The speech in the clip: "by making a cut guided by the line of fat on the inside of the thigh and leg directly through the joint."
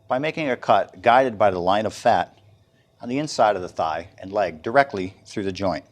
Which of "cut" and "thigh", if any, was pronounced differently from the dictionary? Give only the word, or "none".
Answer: none